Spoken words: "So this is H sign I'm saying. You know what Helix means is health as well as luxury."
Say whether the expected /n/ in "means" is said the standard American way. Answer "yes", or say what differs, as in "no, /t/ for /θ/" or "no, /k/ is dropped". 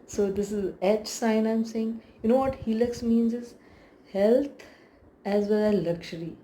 yes